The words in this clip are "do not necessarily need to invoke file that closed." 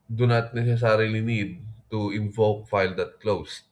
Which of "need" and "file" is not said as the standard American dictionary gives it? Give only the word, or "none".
none